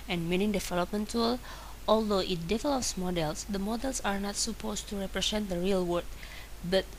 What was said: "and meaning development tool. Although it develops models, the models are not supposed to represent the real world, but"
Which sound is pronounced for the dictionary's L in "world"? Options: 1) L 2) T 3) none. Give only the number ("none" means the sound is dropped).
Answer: 3